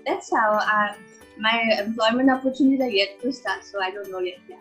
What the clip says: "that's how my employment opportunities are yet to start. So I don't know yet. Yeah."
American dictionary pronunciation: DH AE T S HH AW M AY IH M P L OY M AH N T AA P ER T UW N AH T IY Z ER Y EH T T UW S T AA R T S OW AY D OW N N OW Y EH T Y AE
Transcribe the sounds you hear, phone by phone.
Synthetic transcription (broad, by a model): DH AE T S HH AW M AY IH M P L OY M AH N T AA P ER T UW N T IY AA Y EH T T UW S T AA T S OW AY D OW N N OW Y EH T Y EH